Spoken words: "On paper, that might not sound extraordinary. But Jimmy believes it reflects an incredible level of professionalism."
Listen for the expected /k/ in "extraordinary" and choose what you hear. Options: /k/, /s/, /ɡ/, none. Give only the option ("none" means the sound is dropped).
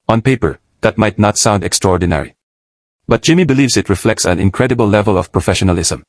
/k/